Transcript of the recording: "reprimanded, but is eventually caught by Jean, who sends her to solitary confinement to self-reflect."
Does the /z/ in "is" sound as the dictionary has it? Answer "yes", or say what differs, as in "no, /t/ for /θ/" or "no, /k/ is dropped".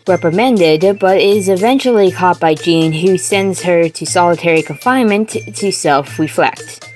yes